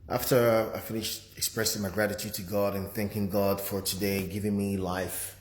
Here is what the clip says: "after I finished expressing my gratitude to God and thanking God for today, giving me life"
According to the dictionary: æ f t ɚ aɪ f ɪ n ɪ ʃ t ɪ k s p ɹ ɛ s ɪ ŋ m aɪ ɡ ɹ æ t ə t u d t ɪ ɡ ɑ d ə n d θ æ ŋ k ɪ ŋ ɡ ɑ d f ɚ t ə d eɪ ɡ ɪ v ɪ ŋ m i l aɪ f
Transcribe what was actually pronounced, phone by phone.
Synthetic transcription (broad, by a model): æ f t ɚ aɪ f ɪ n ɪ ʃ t ɪ k s p ɹ ɛ s ɪ ŋ m aɪ ɡ ɹ æ t ə t u d t ɪ ɡ ɑ d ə n θ æ ŋ k ɪ ŋ ɡ ɑ d f ɚ t ə d eɪ ɡ ɪ v ɪ ŋ m i l aɪ f